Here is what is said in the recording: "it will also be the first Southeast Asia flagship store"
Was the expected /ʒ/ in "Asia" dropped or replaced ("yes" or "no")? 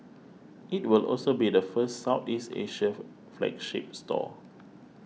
yes